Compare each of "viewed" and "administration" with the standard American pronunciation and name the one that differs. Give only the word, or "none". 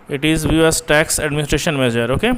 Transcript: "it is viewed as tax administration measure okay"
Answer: viewed